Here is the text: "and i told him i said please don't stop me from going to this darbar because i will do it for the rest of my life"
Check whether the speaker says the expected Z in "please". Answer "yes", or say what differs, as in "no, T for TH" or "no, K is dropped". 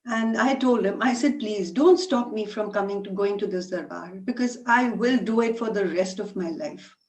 yes